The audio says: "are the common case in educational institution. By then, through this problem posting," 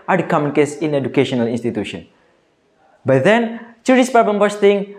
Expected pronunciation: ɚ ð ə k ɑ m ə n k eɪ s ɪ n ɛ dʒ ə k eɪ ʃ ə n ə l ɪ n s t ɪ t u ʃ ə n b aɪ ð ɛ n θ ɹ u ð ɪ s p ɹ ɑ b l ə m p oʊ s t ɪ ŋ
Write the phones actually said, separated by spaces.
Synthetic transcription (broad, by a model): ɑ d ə k ɑ m ə n k eɪ s ɪ n ɛ dʒ ə k eɪ ʃ ə n ə l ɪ n s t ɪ t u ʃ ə n b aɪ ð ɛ n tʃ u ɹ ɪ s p ɑ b ə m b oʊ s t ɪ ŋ